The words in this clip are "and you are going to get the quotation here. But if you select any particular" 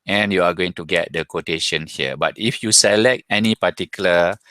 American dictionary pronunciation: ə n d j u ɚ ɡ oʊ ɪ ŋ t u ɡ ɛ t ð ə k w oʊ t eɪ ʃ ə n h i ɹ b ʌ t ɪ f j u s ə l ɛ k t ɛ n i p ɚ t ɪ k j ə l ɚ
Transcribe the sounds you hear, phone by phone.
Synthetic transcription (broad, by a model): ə n j u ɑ ɡ oʊ ɪ ŋ t u ɡ ɛ t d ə k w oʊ t eɪ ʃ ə n h i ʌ b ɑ t ɪ f j u s ə l ɛ k t ɛ n i p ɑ t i k j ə l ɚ